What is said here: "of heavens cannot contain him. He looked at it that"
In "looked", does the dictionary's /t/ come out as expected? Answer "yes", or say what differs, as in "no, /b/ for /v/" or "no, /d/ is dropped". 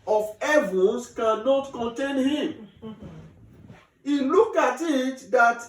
no, /t/ is dropped